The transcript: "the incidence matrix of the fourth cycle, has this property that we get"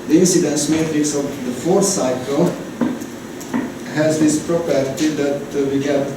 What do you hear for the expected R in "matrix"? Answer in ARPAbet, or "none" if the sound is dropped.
R